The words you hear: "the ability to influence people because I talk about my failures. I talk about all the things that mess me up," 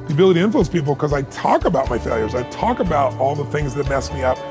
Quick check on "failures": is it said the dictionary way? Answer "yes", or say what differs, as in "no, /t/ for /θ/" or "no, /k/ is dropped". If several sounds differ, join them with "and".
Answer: yes